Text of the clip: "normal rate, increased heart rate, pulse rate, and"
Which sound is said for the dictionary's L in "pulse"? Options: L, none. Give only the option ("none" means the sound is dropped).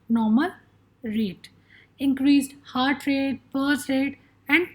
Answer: none